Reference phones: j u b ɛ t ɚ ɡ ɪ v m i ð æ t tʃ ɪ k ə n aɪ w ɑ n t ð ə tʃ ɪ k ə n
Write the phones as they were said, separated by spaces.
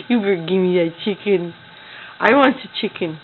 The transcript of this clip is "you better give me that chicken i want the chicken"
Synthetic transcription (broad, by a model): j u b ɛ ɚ ɡ ɪ v m i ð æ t tʃ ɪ k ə n aɪ w ɑ n t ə tʃ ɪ k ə n